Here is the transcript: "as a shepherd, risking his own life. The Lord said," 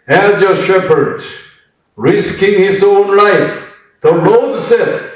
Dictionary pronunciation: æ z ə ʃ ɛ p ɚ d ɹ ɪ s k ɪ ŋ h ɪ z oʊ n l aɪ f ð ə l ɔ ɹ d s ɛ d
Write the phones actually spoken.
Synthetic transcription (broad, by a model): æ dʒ ə ʃ ɛ p ɚ d ɹ ɪ s k ɪ ŋ h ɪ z oʊ n l aɪ f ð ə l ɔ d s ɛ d